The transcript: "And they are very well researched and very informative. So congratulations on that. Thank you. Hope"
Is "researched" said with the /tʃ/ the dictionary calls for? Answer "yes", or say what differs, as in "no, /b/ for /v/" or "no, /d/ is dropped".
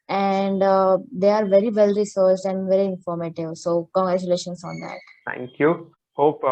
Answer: no, /s/ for /tʃ/